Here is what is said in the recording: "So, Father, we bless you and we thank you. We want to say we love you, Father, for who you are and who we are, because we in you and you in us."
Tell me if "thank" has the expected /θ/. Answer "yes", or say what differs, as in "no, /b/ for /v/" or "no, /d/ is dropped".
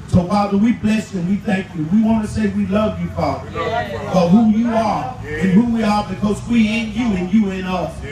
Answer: yes